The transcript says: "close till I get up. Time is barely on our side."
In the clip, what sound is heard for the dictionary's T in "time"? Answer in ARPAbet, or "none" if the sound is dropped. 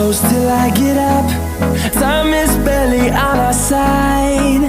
S